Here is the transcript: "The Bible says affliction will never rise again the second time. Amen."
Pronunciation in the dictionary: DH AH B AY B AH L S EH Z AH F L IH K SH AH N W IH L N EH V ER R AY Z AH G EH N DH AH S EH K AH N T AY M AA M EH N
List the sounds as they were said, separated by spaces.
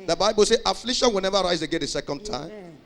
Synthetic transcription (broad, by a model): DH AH B AY B AH L S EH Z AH F L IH SH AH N W IH L N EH V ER R AY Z AH G EH N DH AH S EH K AH N T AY AA M